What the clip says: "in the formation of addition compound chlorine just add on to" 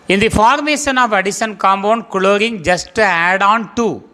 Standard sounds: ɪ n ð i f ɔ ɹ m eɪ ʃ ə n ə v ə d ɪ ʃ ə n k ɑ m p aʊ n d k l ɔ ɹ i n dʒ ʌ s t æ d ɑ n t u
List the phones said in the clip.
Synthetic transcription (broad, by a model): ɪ n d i f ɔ ɹ m eɪ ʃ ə n ə v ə d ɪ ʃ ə n k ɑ m b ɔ n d k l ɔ ɹ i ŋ dʒ ʌ s t æ d ɑ n t u